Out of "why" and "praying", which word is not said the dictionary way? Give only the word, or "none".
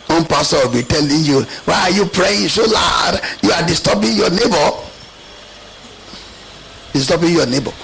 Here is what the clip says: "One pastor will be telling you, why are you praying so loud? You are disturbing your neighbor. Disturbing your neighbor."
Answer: none